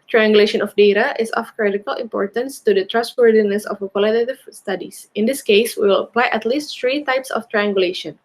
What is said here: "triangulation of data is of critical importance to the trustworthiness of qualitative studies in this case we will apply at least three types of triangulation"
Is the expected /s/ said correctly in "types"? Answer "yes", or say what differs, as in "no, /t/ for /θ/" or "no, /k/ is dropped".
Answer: yes